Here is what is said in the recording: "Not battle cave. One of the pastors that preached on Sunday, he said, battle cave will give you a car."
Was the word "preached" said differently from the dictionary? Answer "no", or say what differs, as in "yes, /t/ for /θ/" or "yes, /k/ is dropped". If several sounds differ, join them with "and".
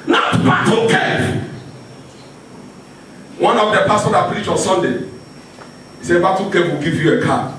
yes, /t/ is dropped